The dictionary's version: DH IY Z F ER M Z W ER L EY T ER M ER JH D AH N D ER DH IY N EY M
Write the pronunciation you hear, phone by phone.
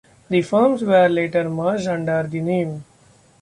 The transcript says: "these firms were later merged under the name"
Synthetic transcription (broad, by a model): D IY F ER M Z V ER L EY T ER M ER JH AH N D ER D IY N EY M